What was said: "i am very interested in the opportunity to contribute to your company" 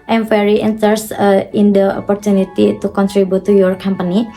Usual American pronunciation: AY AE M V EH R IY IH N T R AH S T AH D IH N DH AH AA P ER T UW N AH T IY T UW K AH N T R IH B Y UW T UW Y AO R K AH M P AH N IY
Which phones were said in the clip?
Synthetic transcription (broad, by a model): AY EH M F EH R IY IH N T AH T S IH N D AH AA P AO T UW N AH T IY T UW K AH N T R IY B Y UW T UW Y AO R K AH M P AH N IY